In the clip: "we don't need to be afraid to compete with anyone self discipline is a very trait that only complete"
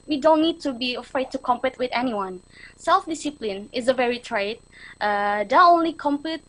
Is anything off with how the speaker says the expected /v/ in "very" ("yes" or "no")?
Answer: no